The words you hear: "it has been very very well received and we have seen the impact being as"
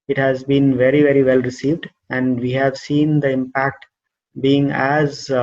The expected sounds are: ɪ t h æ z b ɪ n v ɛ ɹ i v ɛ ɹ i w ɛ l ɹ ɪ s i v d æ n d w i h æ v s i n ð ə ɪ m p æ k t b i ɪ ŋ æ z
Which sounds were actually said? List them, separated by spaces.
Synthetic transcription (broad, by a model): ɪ t h æ z b ɪ n v ɛ ɹ i v ɛ ɹ i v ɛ l ɹ ɪ s i v d æ n d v i h æ v s i n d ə ɪ m p æ k t b i ɪ ŋ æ z